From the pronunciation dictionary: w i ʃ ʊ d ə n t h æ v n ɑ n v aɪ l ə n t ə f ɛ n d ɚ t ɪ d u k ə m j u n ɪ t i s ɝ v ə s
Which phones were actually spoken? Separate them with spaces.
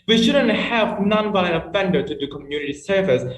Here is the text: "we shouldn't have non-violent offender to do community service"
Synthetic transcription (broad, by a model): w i ʃ ʊ d ə n t h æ v n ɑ n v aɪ ə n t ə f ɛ n d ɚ t ɪ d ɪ k ə m j u n ɪ t i s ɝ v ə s